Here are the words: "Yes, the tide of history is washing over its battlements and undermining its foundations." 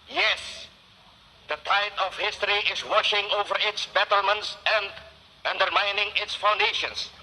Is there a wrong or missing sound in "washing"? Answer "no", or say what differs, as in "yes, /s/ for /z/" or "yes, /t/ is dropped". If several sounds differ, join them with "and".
no